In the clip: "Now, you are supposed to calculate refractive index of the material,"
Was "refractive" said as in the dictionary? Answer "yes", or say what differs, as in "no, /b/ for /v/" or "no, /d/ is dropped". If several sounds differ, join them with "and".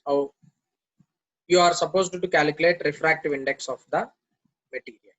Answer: yes